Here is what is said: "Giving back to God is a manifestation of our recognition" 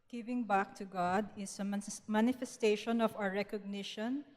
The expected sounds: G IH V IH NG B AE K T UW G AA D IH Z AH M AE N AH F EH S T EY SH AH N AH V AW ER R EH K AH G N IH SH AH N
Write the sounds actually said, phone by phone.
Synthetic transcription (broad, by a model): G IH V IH NG B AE K T UW G AA D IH S AH M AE N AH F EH S T EY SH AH N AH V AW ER R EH K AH G N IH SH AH N